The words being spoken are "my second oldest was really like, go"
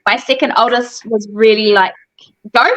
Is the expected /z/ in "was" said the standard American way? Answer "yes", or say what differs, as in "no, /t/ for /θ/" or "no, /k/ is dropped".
yes